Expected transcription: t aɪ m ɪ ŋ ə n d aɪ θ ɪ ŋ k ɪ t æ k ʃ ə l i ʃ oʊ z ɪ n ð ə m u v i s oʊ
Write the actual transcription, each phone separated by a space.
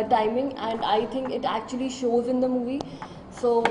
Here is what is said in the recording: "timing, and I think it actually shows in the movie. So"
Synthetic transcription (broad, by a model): t aɪ m ɪ ŋ ə n d aɪ t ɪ ŋ k ɪ t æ k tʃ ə l i ʃ oʊ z ɪ n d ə m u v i s oʊ